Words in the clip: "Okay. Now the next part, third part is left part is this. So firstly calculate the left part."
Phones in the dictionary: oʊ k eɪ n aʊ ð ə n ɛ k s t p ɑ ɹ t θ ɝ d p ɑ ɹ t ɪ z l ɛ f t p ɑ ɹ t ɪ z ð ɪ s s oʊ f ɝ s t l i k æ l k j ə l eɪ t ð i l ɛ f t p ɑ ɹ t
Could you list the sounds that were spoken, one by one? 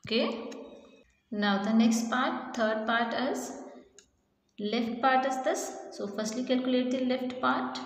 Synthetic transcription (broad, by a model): k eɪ n aʊ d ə n ɛ k s t p ɑ ɹ t t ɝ d p ɑ ɹ t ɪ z l ɛ f t p ɑ ɹ t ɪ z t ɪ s s oʊ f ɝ s t l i k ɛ l k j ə l eɪ t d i l ɛ f t p ɑ ɹ t